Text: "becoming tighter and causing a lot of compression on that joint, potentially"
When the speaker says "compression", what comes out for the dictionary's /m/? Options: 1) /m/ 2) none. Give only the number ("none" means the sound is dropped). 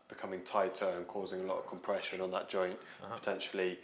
1